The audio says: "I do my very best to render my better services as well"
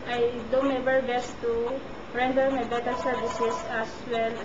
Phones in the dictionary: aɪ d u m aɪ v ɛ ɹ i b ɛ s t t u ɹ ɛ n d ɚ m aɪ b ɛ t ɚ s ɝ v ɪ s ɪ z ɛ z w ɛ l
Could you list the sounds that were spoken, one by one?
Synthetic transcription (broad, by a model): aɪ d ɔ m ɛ b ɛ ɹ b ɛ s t t u ɹ ɛ n d ɚ m aɪ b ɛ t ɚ s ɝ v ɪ s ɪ s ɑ s w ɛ l